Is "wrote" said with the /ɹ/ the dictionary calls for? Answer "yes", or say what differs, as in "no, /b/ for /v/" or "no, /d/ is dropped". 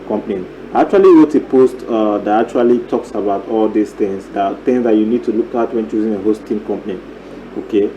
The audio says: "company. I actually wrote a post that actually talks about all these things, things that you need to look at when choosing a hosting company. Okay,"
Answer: no, /w/ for /ɹ/